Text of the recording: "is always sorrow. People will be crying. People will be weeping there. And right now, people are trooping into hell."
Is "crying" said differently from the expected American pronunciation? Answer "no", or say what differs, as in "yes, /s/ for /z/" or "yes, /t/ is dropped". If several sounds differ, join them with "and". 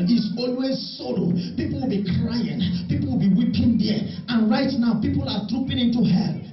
no